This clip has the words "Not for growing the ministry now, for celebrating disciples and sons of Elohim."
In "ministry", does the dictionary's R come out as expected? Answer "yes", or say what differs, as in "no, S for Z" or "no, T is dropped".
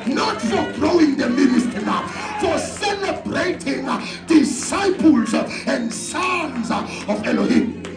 no, R is dropped